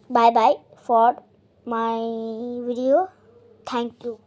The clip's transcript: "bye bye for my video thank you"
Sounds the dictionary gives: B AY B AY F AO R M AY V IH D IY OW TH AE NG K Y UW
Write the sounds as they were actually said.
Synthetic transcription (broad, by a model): B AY B AY F AO R M AY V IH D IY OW T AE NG K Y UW